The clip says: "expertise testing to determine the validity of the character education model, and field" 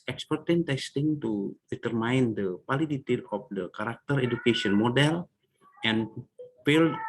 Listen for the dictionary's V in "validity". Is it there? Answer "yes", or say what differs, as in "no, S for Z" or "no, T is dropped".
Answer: no, P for V